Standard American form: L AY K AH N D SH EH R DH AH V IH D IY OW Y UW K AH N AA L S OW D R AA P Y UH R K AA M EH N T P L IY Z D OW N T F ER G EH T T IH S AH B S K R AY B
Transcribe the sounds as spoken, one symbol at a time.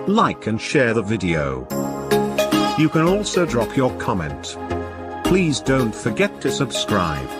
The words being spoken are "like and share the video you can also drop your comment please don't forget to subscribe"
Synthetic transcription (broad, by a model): L AY K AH N SH EH R DH AH V IH D IY OW Y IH K AH N AA L S OW D R AA P Y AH R K AA M EH N T P L IY Z D OW N T F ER G EH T T IH S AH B S K R AY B